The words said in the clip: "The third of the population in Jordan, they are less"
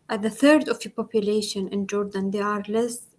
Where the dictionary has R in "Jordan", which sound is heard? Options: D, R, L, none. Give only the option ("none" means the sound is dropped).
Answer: R